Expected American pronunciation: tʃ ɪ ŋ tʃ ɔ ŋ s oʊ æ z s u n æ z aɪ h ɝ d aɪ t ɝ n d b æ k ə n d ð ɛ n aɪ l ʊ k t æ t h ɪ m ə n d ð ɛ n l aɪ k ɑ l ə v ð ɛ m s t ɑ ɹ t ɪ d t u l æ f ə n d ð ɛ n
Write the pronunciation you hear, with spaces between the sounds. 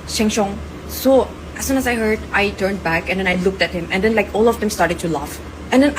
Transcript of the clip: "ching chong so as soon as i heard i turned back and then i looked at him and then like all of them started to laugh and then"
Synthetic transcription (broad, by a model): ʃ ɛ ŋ ʃ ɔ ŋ s oʊ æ s u n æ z aɪ h ɝ d aɪ t ɝ n d b æ k ə n d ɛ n aɪ l ʊ k t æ t h ɪ m ə n d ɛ n l aɪ k ɑ l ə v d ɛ m s t ɑ ɹ t ɪ d t u l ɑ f ə n d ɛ n